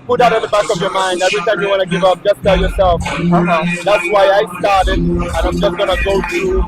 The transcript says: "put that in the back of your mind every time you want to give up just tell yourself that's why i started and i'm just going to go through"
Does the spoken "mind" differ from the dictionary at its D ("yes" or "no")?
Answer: no